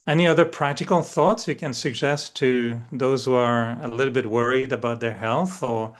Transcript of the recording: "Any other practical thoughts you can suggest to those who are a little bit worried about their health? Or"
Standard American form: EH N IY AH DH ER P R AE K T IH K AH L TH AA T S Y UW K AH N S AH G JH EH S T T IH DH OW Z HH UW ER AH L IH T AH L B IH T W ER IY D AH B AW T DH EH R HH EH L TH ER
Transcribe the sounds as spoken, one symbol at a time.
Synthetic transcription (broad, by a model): EH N IY AH DH ER P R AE K T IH K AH L TH AA T S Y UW K AH N S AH G JH EH S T T IH DH OW Z HH UW ER AH L IH T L B IH T W ER IY D AH B AW T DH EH R HH EH L TH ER